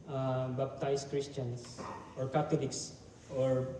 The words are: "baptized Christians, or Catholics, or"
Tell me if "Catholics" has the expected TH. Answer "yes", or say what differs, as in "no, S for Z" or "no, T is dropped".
no, T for TH